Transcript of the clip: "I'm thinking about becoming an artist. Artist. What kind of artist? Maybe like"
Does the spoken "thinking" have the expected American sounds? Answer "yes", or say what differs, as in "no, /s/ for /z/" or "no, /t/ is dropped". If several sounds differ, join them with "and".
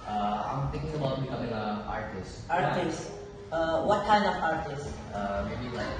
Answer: no, /t/ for /θ/